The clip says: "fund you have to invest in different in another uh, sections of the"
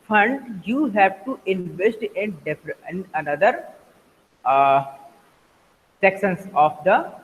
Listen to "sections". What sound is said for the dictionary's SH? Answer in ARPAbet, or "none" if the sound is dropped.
S